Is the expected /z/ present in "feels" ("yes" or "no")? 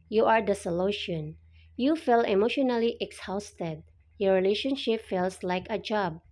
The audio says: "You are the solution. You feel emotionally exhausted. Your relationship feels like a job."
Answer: no